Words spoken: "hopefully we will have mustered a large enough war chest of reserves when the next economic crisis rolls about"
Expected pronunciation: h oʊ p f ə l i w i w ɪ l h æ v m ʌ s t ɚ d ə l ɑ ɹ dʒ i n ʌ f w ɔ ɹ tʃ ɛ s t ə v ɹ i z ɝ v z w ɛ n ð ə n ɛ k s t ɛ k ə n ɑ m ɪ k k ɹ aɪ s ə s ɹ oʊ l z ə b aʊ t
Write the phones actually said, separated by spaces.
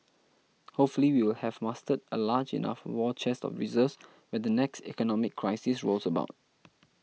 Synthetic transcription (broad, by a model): h oʊ p f ə l i w i w ɪ l h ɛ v m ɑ s t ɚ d ə l ɑ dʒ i n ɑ f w ɔ tʃ ɛ s t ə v ɹ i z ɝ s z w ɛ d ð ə n ɛ k s t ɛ k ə n ɑ m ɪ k k ɹ aɪ s ə s ɹ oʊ l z ə b aʊ t